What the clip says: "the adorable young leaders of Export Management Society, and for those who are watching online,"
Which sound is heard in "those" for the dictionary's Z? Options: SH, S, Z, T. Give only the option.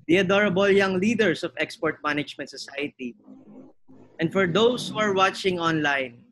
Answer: S